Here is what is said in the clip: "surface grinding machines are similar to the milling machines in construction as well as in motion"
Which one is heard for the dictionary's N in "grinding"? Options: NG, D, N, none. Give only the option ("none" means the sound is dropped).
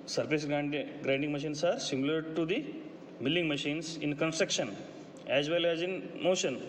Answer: N